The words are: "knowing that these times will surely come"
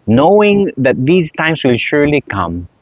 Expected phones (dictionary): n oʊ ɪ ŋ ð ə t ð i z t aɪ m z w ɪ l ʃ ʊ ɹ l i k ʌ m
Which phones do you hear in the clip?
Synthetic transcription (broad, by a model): n oʊ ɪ ŋ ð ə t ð i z t aɪ m s w ɪ l ʃ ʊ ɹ l i k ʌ m